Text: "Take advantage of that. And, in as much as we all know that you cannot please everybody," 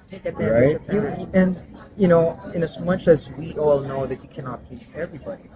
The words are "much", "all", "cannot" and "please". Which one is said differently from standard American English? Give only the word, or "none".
none